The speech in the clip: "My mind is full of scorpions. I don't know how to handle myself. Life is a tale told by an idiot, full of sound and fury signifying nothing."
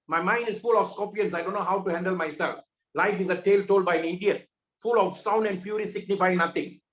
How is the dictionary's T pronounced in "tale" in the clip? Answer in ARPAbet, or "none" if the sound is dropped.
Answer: T